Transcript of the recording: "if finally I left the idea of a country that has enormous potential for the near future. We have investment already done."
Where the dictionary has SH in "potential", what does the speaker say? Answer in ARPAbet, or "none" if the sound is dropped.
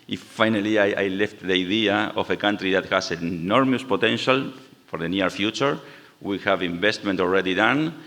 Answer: SH